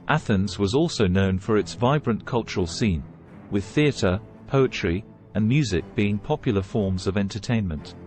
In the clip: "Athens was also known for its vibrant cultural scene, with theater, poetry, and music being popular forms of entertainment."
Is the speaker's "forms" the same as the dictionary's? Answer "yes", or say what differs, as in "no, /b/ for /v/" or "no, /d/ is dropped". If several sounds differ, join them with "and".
yes